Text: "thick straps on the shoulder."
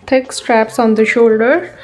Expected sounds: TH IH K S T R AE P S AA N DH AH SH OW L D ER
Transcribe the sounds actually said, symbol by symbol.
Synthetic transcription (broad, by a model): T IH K S T R AE P S AA N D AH SH OW L D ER